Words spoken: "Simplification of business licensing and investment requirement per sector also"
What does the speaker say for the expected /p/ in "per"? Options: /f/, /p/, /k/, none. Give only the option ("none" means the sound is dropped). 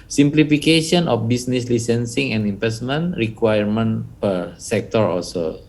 /p/